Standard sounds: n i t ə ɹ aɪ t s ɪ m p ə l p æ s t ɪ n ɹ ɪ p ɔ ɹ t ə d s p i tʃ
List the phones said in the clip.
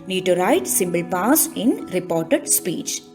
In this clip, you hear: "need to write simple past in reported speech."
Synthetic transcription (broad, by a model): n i t ə ɹ aɪ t s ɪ m b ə l p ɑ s ɪ n ɹ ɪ p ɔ ɹ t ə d s p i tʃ